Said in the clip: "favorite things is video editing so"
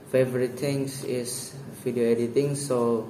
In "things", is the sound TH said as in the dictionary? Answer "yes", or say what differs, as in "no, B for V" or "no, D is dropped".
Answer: no, T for TH